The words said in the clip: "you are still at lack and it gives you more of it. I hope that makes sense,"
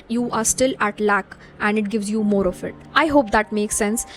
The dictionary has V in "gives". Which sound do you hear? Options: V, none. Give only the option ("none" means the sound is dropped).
V